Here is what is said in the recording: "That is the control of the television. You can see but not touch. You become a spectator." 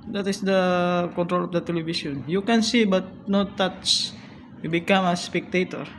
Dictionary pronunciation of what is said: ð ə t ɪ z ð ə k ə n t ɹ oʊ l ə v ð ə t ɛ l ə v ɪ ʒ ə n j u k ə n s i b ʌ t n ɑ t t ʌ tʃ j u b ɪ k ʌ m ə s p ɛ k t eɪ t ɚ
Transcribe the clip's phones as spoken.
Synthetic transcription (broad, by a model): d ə t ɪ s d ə k ə n t ɹ oʊ l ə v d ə t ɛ l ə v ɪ s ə n j u k ə n s i b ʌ t n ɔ t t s j u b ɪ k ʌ m ə s p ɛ k t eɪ t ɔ